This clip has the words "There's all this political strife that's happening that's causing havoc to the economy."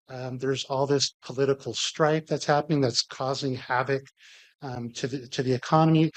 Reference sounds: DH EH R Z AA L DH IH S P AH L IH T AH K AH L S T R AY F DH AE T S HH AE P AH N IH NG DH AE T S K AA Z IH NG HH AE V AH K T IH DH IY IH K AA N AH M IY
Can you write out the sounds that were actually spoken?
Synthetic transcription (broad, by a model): DH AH R Z AA L DH IH S P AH L IH T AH K L S T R AY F DH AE T S HH AE P AH N IH NG DH AE T S K AA Z IH NG HH AE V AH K T IH DH IY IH K AA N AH M IY